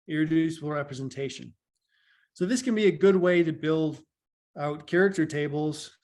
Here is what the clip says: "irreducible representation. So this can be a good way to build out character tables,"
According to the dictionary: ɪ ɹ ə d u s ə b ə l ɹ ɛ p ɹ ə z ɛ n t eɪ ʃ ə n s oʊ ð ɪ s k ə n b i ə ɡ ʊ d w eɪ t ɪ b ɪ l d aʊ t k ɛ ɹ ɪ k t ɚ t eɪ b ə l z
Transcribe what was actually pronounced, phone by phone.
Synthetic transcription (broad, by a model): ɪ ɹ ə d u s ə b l ɹ ɛ p ɹ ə z n t eɪ ʃ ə n s oʊ ð ɪ s k ə n b i ə ɡ ʊ d w eɪ t ɪ b ɪ l d aʊ t k ɛ ɹ ɪ k t ɚ t eɪ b l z